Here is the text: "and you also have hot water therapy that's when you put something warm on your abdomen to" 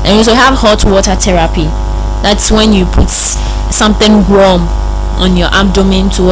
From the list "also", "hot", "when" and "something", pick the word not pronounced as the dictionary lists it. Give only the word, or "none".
also